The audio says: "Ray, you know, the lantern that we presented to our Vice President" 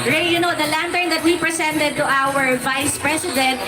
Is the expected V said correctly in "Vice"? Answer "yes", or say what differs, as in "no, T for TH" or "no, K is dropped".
yes